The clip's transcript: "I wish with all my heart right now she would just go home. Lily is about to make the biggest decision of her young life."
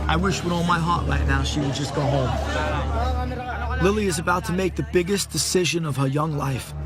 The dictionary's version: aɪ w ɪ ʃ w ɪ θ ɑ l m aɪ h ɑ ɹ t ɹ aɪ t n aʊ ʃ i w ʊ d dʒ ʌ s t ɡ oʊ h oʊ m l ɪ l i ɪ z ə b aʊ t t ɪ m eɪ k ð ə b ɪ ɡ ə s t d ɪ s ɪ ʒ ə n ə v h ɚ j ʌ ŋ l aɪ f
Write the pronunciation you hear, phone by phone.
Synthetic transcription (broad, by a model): aɪ w ɪ ʃ w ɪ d ɑ l m aɪ h ɑ ɹ t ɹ aɪ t n aʊ ʃ i w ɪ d dʒ ʌ s ɡ oʊ h oʊ m l ɪ l i ɪ z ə b aʊ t t ɪ m eɪ k ð ə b ɪ ɡ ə s d ɪ s ɪ ʒ ə n ə v ɚ j ʌ ŋ l aɪ f